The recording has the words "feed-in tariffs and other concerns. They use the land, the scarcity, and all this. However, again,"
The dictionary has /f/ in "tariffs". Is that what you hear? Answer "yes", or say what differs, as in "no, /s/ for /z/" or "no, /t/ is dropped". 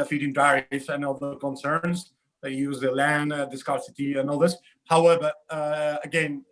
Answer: no, /f/ is dropped